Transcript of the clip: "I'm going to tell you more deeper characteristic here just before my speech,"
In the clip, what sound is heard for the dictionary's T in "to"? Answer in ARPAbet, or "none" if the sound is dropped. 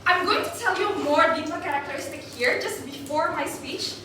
T